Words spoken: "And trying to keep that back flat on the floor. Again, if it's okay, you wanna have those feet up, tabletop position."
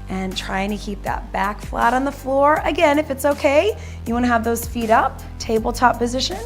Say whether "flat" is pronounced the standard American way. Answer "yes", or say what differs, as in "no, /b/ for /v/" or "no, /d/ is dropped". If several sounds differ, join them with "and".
yes